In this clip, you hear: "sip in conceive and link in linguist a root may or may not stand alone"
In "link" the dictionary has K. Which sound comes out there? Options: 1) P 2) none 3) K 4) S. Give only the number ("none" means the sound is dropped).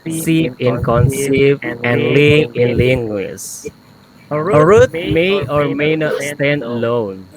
2